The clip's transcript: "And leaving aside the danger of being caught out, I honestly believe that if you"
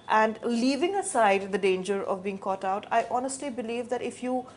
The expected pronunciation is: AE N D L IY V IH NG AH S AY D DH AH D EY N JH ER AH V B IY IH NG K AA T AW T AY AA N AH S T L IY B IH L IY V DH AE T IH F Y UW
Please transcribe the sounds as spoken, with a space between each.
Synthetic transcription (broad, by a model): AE N D L IY V IH NG AH S AY D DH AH D EY N JH ER AH V B IY IH NG K AA T AW T AY AA N AH S T L IY B IH L IY V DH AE T IH F Y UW